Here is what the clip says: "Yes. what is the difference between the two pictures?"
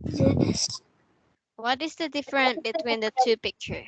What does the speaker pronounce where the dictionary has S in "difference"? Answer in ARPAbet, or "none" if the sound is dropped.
none